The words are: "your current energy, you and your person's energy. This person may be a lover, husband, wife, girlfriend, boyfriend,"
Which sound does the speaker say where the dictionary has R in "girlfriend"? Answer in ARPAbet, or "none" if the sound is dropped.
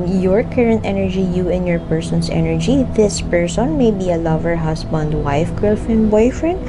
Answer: none